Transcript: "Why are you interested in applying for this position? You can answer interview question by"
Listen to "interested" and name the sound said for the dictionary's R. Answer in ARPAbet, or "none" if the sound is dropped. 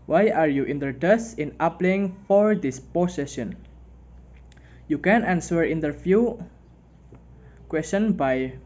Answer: none